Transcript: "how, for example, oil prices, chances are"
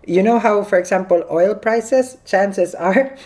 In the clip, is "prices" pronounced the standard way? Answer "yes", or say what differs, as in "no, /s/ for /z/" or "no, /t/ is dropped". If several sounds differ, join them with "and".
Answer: no, /s/ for /z/